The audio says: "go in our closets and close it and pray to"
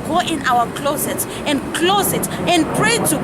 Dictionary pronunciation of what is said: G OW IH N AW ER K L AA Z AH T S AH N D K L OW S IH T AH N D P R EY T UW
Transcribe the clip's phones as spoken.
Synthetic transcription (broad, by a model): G OW IH N AW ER K L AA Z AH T AH N D K L OW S IH T AH N D P R EY T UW